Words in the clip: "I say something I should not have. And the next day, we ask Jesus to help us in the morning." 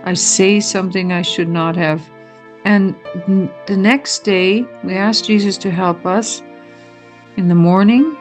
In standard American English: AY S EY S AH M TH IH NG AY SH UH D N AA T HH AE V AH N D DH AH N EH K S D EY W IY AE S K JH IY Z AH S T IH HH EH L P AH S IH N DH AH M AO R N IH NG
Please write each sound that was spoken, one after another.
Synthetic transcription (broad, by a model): AY S EY S AH M TH IH NG AY SH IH D N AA T HH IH V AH N DH AH N EH K S D EY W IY AE S K JH IY Z AH S T IH HH EH L P AH S IH N DH AH M AO R N IH NG